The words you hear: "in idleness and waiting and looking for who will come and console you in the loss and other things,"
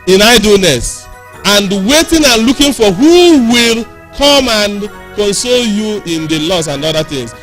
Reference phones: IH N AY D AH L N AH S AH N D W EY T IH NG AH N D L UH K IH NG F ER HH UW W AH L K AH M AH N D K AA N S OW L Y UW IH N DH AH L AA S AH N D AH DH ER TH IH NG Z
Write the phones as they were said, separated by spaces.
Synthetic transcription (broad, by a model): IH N AY D AH L N AH S AH N D W EY T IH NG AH N L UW K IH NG F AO HH UW W AH L K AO M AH N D K AA N S OW L Y UW IH N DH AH L AA S AH N D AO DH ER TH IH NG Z